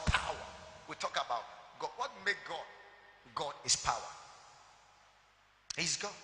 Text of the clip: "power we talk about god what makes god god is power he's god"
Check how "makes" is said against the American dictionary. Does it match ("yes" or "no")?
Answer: no